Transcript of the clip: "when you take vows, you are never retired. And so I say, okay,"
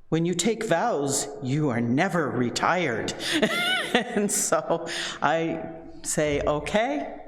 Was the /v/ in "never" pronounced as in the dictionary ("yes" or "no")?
yes